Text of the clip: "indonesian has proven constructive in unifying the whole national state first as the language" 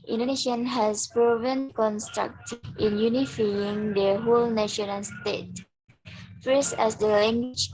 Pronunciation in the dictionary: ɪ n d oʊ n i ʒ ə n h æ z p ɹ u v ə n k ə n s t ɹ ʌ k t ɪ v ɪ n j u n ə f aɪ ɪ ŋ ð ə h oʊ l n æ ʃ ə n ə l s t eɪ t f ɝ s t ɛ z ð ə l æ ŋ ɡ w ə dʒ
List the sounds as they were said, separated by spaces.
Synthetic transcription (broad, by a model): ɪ n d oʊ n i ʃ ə n h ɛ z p ɹ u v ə n k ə n s t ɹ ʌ k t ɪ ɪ n j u n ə f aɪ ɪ ŋ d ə h oʊ l n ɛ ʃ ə n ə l s t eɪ t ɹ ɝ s ɛ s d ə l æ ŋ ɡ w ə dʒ